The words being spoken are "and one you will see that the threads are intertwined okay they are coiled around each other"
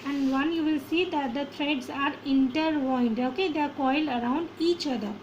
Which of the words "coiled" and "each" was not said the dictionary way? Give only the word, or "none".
coiled